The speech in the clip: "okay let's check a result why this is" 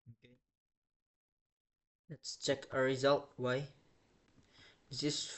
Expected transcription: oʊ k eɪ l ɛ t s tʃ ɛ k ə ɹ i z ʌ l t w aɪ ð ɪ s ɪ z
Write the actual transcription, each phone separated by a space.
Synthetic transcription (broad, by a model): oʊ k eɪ l ɛ t s tʃ ɛ k ə ɹ i z ʌ l t w aɪ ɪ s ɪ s